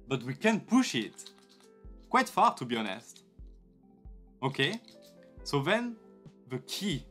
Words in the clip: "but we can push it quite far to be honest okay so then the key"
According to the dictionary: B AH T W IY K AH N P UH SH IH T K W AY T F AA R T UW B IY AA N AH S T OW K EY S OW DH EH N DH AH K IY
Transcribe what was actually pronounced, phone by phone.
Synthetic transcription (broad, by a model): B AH T W IY K AH N P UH SH IH T K W AY T F AA R T UW B IY AA N AH S T OW K EY S OW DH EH N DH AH K IY